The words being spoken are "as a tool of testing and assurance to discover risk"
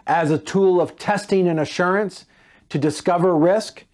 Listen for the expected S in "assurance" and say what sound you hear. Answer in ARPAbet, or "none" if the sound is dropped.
S